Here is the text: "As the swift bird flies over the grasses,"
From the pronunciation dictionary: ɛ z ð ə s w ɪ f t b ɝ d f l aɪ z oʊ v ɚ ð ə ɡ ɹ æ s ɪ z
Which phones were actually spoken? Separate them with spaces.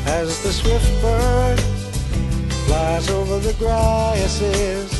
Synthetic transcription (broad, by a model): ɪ z ð ə s w ɪ f t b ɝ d f l aɪ z oʊ v ɚ ð ə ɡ ɹ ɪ s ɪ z